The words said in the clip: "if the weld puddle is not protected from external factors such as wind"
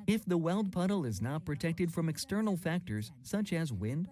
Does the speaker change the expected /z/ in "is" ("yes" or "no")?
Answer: no